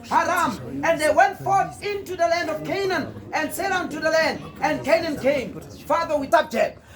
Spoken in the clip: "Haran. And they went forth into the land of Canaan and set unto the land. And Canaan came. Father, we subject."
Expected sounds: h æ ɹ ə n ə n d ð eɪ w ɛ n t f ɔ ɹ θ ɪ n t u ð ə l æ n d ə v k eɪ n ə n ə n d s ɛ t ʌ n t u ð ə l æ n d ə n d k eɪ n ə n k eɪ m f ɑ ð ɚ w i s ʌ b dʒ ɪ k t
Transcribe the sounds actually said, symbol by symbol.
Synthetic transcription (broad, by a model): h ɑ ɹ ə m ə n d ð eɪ w ɛ n t f ɔ ɹ θ ɪ n t u ð ə l æ n d ə v k eɪ n ə n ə n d s ɛ t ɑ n t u ð ə l æ n d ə n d k eɪ n ə n k eɪ m f ɑ ð ɚ w i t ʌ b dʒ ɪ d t